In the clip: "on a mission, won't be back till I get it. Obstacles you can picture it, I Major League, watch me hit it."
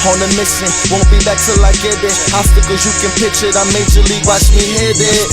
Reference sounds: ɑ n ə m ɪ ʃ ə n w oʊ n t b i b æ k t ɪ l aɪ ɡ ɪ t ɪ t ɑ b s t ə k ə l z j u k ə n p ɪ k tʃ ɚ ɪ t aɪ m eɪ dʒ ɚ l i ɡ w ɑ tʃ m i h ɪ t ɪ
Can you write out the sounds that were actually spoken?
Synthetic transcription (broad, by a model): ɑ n ə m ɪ s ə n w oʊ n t b i b æ k t ɪ l aɪ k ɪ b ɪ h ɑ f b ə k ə z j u k ə n p ɪ tʃ ɪ t aɪ m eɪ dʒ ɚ l i ɡ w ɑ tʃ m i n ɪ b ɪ